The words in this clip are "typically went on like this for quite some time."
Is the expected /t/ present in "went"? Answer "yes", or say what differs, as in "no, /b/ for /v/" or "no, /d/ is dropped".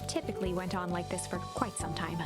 yes